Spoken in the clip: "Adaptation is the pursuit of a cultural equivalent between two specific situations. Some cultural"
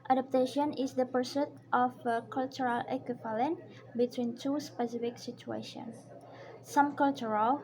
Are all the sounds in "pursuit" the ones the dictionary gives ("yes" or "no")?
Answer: yes